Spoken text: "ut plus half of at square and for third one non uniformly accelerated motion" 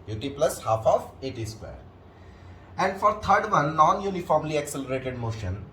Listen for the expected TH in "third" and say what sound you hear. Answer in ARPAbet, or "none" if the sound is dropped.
T